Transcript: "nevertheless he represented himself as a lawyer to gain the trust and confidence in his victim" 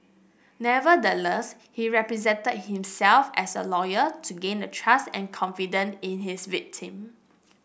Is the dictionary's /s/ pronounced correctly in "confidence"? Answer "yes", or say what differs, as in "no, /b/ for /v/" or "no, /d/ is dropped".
no, /s/ is dropped